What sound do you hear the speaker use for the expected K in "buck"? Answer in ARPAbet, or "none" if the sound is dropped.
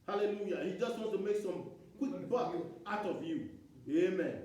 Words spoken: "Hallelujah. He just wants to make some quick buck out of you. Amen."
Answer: none